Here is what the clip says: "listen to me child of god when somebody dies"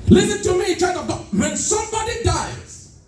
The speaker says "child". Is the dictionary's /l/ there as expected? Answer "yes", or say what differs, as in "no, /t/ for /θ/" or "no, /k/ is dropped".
no, /l/ is dropped